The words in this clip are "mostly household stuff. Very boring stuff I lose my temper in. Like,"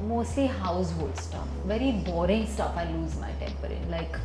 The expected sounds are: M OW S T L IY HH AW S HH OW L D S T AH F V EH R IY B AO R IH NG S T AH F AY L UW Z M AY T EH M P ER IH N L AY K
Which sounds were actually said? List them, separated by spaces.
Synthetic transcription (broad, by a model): M OW S T L IY HH AW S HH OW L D S T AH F V EH R IY B AO R IH NG S T AH F AY L UW Z M AY T EH M P ER IH N L AY K